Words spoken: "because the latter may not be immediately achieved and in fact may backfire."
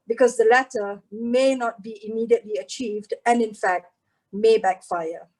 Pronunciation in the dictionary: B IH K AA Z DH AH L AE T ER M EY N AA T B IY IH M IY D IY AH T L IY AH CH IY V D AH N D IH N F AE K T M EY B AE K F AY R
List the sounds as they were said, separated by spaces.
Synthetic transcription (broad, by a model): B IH K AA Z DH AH L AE T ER M EY N AA T B IY IH M IY D IY AH T L IY AH CH IY V D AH N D IH N F AE K T M EY B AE K F AY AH